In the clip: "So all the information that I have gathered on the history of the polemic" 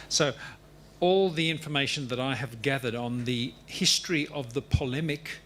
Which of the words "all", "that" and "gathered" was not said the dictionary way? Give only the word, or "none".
none